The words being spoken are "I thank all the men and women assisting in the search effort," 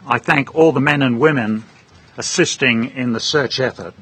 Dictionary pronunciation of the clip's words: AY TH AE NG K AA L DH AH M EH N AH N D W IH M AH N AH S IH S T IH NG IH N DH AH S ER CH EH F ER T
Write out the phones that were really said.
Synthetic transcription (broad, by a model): AY TH AE NG K AA L DH AH M EH N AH N W IH M AH N AH S IH S T IH NG IH N DH AH S ER CH EH F ER T